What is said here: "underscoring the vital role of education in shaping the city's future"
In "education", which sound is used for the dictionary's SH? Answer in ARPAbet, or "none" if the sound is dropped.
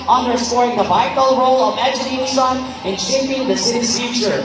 S